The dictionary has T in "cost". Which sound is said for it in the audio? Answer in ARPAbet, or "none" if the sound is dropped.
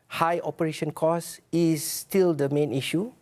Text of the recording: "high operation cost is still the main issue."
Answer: none